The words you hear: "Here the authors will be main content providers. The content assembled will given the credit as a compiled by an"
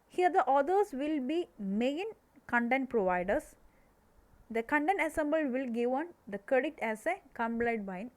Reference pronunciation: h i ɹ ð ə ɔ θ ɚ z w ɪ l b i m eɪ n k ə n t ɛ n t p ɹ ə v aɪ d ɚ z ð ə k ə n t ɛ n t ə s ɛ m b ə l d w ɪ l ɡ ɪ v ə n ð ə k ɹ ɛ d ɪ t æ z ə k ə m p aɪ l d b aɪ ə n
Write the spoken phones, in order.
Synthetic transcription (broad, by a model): h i ɹ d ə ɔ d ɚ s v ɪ l b i m eɪ n k ə n t ɛ n t p ɹ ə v aɪ d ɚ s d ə k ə n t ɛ n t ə s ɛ m b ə l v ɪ l ɡ ɪ v ə n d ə k ɹ ɛ d ɪ t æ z ə k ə m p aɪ d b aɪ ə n